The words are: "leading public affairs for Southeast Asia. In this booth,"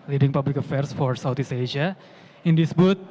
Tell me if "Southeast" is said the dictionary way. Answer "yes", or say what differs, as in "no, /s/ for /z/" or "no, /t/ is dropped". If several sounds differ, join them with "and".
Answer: no, /t/ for /θ/ and /t/ is dropped